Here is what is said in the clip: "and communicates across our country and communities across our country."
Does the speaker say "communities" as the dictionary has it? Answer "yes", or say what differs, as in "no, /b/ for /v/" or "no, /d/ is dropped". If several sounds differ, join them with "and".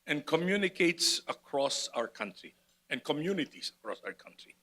no, /s/ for /z/